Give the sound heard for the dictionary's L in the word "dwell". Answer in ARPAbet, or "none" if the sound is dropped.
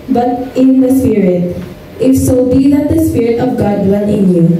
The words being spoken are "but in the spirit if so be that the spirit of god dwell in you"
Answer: N